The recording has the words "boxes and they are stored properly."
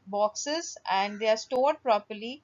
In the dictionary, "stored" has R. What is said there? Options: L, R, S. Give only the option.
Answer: R